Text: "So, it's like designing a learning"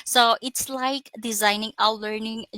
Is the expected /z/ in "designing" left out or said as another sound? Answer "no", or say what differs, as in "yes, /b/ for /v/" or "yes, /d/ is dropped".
no